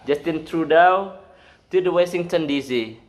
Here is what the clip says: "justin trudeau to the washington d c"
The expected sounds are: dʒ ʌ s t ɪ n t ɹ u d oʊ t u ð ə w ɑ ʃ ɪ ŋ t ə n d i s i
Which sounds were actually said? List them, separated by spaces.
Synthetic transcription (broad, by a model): dʒ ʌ s t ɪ n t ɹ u d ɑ t u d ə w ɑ s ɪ ŋ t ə n d i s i